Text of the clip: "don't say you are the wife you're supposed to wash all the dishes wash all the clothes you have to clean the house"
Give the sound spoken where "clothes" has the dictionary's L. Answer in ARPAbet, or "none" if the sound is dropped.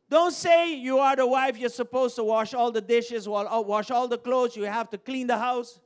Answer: L